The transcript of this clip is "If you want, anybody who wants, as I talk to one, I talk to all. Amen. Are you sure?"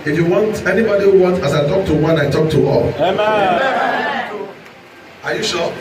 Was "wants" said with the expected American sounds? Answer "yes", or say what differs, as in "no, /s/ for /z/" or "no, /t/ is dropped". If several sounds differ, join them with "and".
no, /s/ is dropped